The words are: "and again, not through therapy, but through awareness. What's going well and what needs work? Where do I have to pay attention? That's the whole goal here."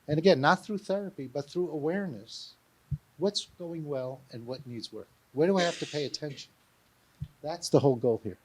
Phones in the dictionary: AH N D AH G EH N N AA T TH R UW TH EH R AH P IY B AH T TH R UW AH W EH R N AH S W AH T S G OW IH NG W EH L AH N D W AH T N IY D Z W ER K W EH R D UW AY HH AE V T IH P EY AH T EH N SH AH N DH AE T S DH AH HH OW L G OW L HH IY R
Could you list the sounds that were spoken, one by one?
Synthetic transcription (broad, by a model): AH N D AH G EH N N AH T TH R UW TH EH R AH P IY B AH T TH R UW AH W EH R N AH S W AH T S G OW IH NG W EH L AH N W AH T N IY D Z W ER K W EH R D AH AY HH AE F T IH P EY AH T EH N SH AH N DH AE T S DH AH HH OW L G OW L HH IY R